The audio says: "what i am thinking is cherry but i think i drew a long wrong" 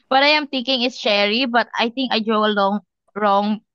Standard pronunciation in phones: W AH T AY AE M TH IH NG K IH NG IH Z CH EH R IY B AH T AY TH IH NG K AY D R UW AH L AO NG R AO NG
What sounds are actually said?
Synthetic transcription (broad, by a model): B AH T AY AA M T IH NG K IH NG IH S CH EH R IY B AH T AY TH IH NG K AY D R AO AH L AO NG R AO NG